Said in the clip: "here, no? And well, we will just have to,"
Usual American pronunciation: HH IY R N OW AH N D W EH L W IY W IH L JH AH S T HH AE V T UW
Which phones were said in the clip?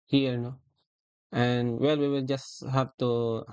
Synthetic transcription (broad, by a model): HH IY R N OW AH N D W EH L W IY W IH L JH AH S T HH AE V T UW